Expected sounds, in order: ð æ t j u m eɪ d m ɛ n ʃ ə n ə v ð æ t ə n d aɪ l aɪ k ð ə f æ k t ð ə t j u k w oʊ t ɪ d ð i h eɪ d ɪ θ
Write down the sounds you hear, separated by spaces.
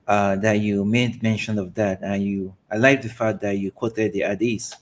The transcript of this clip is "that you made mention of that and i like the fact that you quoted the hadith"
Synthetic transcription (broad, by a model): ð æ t j u m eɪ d m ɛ n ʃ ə n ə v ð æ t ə n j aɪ l aɪ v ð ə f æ t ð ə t j u k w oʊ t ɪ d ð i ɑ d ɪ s